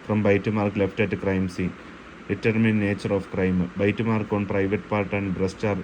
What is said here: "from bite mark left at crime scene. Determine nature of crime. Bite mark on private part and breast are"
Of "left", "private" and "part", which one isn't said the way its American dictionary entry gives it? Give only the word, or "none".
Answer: none